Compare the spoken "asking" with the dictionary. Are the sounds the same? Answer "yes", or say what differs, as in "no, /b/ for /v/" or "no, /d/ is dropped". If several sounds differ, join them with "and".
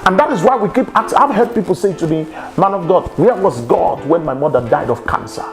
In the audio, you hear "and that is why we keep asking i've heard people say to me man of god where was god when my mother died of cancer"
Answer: no, /s/ is dropped